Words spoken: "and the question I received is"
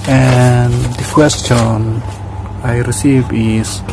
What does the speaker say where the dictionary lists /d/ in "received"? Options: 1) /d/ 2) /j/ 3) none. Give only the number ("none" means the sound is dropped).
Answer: 3